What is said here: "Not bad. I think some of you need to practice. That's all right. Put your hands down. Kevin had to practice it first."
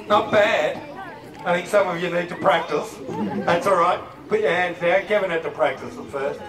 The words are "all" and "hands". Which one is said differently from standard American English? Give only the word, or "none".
none